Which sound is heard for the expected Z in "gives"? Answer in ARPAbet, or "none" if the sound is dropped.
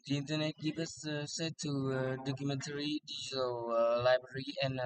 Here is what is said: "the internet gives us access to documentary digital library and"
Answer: none